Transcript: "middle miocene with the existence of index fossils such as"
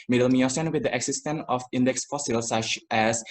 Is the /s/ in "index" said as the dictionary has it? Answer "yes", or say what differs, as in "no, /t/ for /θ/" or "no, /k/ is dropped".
yes